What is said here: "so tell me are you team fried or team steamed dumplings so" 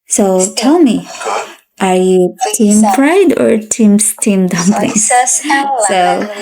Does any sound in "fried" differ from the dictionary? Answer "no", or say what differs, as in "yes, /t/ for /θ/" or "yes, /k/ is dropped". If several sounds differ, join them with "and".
yes, /p/ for /f/